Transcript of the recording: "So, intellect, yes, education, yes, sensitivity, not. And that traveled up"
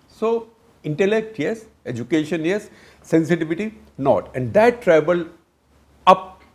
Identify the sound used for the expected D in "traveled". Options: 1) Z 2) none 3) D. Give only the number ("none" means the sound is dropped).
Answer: 2